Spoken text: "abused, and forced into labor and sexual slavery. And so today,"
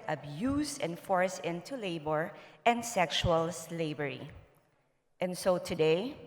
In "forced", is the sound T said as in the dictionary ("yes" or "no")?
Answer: no